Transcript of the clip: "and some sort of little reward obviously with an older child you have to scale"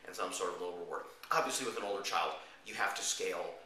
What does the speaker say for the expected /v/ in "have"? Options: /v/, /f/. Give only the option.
/f/